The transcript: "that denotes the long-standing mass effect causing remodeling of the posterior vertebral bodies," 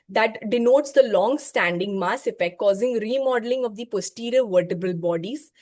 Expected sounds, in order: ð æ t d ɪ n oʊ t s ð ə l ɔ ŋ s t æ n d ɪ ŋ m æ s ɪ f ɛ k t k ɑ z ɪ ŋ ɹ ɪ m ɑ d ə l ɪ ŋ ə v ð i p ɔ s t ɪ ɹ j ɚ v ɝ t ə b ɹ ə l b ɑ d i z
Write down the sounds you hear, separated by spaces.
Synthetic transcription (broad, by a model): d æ t d ɪ n oʊ t s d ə l ɔ ŋ s t æ n d ɪ ŋ m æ s ɪ f ɛ k t k ɑ z ɪ ŋ ɹ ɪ m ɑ d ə l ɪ ŋ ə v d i p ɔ s t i ɹ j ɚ v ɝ t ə b ə l b ɑ d i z